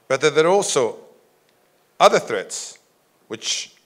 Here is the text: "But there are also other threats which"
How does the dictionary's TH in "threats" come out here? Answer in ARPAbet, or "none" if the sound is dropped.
TH